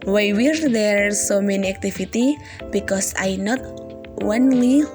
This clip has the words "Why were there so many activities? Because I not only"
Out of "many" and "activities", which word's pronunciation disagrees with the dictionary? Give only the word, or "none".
activities